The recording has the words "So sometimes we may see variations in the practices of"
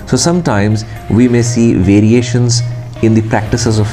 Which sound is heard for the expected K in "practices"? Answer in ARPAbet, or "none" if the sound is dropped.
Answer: K